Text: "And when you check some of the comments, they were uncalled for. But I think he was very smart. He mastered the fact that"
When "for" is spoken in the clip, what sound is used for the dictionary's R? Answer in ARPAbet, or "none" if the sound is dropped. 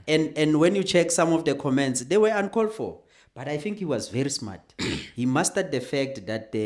L